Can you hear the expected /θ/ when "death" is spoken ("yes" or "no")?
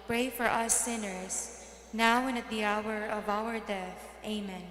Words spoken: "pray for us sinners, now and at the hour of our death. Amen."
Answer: yes